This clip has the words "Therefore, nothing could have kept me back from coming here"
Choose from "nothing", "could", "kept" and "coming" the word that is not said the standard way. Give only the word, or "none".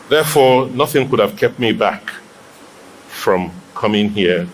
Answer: none